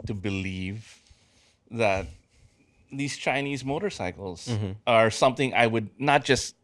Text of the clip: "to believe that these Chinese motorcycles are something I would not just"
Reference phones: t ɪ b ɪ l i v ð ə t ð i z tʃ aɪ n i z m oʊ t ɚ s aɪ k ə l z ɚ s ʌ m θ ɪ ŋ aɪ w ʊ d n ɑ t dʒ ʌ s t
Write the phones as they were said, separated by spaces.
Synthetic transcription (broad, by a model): t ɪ b ɪ l i v ð ə t ð i z tʃ aɪ n i z m oʊ t ɚ s aɪ k l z ɚ s ʌ m θ ɪ ŋ aɪ w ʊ d n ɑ t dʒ ʌ s t